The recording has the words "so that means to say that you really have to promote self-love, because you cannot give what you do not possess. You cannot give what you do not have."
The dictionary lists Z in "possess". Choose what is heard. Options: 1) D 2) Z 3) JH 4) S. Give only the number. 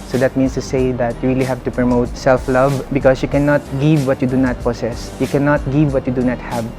4